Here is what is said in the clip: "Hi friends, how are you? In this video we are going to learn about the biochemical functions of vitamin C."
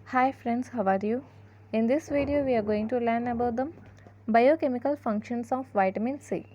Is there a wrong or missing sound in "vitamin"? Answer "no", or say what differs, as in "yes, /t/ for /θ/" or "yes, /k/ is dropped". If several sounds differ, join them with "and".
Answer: no